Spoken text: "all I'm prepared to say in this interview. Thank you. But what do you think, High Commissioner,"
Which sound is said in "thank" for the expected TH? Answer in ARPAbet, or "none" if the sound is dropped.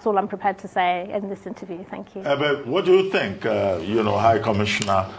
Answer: TH